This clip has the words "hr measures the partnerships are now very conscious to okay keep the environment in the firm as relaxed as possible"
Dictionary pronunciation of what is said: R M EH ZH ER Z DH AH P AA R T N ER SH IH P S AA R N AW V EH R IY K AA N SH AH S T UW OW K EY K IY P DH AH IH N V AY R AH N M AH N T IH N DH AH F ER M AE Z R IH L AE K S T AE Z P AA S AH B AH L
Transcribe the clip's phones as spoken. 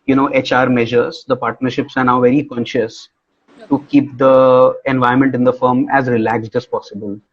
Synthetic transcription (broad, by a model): R M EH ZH ER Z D AH P AA R T N ER SH IH P S AA R N AW V EH R IY K AA N SH AH S T UW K K IY P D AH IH N V AY AH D M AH N T IH N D AH F ER M AE Z R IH L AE K S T AE Z P AA S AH B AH L